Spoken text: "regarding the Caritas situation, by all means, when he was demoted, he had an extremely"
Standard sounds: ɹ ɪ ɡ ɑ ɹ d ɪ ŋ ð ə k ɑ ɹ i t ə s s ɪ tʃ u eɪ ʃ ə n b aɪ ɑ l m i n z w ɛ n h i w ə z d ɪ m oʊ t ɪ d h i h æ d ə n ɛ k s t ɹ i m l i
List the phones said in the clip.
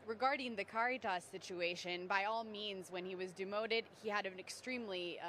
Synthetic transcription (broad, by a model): ɹ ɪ ɡ ɑ ɹ d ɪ ŋ ð ə k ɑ ɹ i t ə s s ɪ tʃ u eɪ ʃ ə n b aɪ ɑ l m i n z w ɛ n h i w ə z d ɪ m oʊ t ɪ d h i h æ d ə n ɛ k s t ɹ i m l i